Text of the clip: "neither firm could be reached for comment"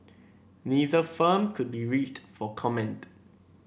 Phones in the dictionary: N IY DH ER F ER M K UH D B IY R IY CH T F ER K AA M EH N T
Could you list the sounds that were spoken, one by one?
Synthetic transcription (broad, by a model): N IY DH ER F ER M K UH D B IY R IY CH T F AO K AA M EH N T